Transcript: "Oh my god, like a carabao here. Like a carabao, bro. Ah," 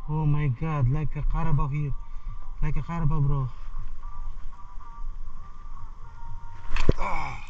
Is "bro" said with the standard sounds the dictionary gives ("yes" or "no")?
yes